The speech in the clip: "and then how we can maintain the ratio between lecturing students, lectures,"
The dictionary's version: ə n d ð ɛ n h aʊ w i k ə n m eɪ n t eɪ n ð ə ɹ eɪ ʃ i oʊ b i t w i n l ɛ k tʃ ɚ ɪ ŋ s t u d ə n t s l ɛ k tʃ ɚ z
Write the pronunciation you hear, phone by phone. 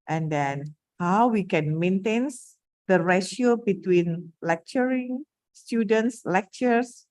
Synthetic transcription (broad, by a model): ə n d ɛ n h aʊ w i k ə n m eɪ n t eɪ n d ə ɹ eɪ ʃ i oʊ b i t w i n l ɛ k tʃ ɚ ɪ ŋ s t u d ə n t s l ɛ k tʃ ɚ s